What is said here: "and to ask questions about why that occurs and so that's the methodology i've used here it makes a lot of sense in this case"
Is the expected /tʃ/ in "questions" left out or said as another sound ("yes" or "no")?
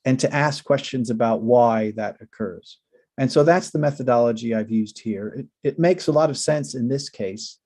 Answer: no